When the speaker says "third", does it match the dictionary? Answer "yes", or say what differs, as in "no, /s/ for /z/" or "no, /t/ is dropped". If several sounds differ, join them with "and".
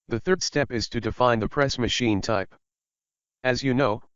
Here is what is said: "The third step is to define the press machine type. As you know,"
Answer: yes